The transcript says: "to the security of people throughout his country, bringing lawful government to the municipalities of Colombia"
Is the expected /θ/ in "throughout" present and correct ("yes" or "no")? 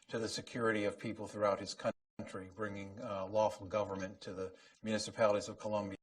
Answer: yes